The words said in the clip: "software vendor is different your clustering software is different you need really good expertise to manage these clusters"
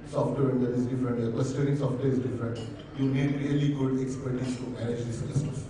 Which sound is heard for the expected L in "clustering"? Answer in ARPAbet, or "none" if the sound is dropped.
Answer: none